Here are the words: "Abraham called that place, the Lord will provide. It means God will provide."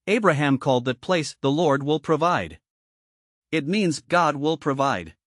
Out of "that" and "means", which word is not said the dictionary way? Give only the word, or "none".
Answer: none